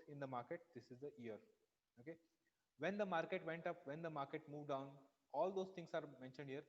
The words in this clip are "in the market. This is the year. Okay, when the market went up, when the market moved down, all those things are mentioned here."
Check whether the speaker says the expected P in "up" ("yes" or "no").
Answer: yes